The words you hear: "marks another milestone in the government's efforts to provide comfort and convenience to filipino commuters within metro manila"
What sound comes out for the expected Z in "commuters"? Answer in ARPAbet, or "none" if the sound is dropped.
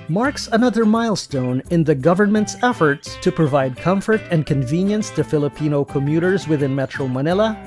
Z